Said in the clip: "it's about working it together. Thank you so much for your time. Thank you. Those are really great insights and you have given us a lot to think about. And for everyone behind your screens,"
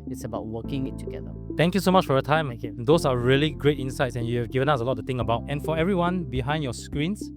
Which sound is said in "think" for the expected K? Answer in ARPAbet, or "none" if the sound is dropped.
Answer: none